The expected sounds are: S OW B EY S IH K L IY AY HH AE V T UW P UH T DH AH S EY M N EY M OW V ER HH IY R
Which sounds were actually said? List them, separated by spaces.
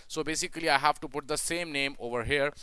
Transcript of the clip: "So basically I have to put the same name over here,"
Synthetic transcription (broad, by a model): S OW B EY S IH K L IY AY HH AE V T UW P UH T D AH S EY M N EY M OW V ER HH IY R